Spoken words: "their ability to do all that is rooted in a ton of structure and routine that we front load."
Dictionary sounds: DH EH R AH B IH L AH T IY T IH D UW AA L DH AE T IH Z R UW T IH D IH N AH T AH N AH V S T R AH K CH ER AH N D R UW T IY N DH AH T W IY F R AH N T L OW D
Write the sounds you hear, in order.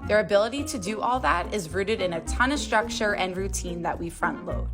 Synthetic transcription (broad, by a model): DH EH R AH B IH L AH T IY T IH D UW AA L DH AE T IH Z R UW T IH D IH N AH T AH N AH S T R AH K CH ER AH N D R UW T IY N DH AH T W IY F R AH N T L OW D